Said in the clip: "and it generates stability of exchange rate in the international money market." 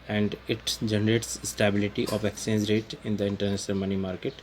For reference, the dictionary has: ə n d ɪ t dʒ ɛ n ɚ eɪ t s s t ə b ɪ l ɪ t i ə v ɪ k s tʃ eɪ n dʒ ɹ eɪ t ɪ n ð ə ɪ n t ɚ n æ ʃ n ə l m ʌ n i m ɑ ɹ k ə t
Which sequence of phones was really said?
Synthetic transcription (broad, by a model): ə n d ɪ t dʒ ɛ n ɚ eɪ t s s t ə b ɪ l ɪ t i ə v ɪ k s eɪ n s ɹ eɪ t ɪ n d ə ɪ n t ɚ n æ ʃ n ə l m ʌ n i m ɑ ɹ k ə t